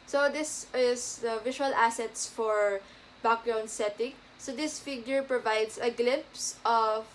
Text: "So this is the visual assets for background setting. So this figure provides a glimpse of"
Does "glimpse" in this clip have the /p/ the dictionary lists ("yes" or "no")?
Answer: yes